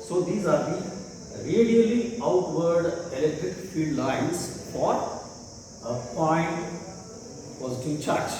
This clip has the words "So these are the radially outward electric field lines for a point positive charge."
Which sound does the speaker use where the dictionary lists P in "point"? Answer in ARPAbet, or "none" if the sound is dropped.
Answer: F